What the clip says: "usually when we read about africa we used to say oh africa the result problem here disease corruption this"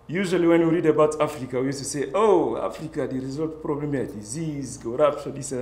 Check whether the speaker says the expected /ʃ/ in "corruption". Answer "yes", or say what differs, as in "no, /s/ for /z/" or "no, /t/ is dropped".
no, /s/ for /ʃ/